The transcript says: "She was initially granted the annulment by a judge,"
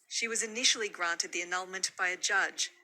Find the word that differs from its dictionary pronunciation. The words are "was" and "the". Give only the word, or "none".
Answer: none